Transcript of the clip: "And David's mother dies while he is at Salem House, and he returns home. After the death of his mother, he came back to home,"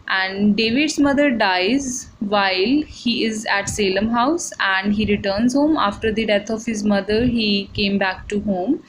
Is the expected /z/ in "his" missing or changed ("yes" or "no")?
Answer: no